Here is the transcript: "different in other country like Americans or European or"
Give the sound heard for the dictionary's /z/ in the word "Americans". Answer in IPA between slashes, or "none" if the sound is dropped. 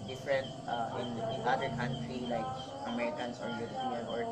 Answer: /s/